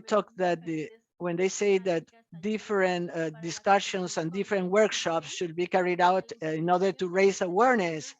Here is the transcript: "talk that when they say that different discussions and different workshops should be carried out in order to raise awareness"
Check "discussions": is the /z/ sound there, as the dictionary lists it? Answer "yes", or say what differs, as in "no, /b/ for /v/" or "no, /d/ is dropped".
no, /s/ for /z/